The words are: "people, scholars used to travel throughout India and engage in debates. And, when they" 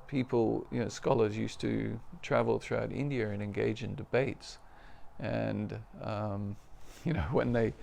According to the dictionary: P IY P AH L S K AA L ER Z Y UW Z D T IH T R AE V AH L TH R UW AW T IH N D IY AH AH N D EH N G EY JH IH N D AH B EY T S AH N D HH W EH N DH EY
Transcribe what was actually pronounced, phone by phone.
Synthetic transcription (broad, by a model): P IY P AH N S K AA L ER Z Y UW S T IH T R AE V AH L TH R UW AW T IH N D IY AH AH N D EH N G EY JH IH N D AH B EY T S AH N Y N W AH N DH EY